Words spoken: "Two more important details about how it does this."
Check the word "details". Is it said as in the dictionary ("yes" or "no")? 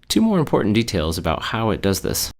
yes